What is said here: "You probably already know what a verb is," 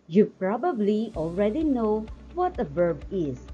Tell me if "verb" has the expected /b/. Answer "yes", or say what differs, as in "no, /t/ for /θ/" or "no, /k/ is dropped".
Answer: yes